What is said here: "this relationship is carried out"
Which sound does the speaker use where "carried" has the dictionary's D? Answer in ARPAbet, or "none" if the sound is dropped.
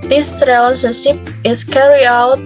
none